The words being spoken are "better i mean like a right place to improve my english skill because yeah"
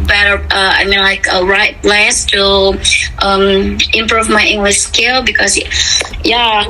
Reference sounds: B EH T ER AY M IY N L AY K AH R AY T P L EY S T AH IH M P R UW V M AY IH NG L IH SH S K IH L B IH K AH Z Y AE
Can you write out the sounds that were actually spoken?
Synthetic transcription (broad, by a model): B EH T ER AY M IY N L AY K AH R AY T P L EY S T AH IH M P R UW V M AY IH NG L IH SH S K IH L B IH K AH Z Y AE